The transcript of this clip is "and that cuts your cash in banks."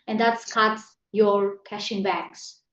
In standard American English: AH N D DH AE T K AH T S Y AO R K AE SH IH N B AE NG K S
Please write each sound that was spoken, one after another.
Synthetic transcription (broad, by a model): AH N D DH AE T K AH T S Y AO R K AE SH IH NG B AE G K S